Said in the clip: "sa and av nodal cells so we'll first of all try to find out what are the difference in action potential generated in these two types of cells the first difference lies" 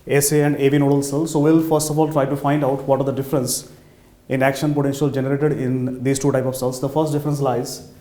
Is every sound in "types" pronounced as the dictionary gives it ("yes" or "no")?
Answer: no